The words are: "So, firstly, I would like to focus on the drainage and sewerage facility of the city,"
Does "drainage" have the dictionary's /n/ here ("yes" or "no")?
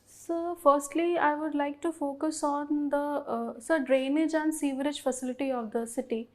yes